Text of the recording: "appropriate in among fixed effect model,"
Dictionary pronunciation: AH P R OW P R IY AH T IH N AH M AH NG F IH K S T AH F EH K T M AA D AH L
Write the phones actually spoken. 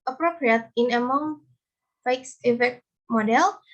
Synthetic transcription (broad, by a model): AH P R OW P R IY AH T IH N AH M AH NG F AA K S AH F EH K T M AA D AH L